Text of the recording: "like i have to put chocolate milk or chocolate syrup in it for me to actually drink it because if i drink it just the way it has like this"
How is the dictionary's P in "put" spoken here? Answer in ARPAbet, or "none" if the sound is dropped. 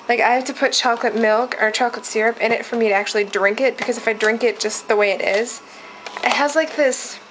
P